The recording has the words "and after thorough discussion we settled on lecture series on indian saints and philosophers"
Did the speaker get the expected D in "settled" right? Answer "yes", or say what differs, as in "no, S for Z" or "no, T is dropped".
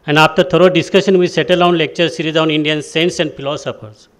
no, D is dropped